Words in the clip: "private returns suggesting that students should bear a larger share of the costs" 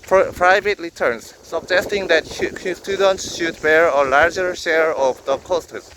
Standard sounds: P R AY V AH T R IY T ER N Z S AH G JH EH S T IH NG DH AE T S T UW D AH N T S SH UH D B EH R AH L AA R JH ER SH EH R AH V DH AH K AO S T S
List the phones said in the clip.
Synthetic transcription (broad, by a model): P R AY V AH T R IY T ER N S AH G JH EH S T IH NG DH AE T S T UW D AH N T S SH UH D B EH R AH L AA R JH ER SH EH R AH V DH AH K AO S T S